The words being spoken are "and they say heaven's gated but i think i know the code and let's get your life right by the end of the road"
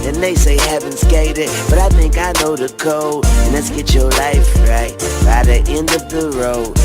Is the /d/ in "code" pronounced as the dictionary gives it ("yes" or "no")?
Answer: no